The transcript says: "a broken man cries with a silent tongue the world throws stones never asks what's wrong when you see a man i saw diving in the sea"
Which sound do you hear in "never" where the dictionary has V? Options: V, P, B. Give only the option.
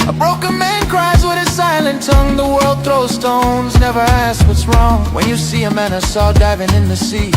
V